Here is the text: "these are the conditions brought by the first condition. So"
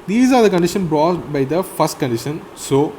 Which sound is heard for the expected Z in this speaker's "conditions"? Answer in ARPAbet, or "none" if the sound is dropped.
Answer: none